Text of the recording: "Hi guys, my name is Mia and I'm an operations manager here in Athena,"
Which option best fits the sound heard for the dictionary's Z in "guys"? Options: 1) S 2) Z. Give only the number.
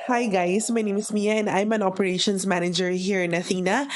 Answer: 1